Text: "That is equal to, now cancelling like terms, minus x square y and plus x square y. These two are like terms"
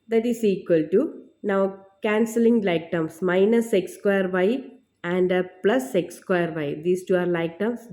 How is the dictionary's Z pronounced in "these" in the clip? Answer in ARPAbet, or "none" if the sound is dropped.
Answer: S